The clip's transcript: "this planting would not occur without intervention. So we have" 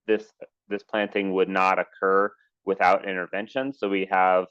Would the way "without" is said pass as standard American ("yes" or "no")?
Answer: yes